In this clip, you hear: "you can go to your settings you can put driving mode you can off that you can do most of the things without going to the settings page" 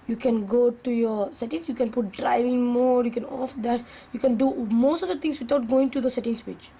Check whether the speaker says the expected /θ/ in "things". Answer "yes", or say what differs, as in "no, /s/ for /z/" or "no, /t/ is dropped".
no, /t/ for /θ/